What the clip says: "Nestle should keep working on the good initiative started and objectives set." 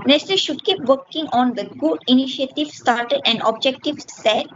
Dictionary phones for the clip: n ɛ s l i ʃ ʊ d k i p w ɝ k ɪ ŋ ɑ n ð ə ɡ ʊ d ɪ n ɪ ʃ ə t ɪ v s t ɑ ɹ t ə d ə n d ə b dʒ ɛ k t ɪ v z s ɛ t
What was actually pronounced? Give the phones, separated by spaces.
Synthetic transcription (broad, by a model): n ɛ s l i ʃ ʊ d k i p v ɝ k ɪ ŋ ɑ n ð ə ɡ ʊ d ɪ n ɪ ʃ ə t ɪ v s t ɑ ɹ t ə d ə n d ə b dʒ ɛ k t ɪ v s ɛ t